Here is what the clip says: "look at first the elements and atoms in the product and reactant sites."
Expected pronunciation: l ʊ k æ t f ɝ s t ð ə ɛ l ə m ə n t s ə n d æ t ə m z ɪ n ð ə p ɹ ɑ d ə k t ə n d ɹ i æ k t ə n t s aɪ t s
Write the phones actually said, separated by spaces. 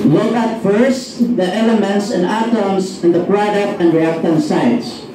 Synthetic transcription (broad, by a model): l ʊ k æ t f ɝ s t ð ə ɛ l ə m ə n t s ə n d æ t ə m s ɪ n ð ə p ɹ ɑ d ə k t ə n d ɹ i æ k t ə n s aɪ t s